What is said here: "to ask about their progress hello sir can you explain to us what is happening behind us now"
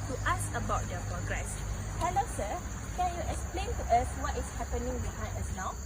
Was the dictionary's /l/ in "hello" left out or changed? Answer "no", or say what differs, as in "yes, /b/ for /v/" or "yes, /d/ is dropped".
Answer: no